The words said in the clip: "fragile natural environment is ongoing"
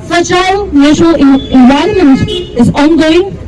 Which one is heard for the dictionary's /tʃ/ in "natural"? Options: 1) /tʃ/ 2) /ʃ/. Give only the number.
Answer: 2